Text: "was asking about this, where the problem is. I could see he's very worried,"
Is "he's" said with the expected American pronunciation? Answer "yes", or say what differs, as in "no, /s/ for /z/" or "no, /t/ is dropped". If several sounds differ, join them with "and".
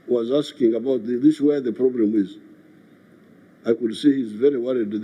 yes